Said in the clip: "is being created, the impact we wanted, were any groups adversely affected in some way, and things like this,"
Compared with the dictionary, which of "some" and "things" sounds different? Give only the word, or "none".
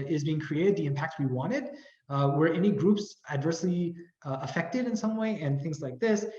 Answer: none